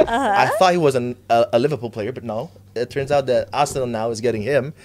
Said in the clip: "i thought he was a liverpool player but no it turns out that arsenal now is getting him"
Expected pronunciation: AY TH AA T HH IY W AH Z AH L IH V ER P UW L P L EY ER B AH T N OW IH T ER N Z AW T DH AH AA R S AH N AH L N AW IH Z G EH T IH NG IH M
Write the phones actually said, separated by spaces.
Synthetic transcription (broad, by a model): AY TH AA T HH IY W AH Z AH L IH V ER P UW L P L EY ER B AH T N OW IH T ER N Z AW T DH AH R AH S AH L N AW IH Z G EH T IH NG IH M